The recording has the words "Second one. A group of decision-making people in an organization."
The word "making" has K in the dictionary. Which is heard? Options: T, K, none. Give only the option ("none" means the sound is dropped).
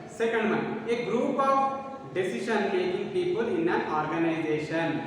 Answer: none